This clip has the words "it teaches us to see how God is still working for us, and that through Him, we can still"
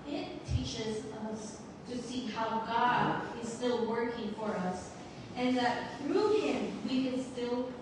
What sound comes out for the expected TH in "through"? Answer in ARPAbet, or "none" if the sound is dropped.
TH